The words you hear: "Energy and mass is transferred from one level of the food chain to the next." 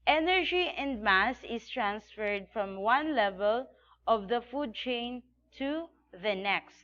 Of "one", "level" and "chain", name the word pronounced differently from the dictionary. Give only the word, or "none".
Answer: none